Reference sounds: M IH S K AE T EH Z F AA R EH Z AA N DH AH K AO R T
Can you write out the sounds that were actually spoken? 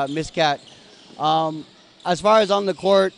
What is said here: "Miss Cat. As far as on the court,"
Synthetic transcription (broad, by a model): M IH S K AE T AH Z F AA R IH Z N DH AH K AO R T